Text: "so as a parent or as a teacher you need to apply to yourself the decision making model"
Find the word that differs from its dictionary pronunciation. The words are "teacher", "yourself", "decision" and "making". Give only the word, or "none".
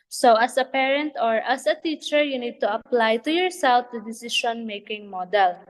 decision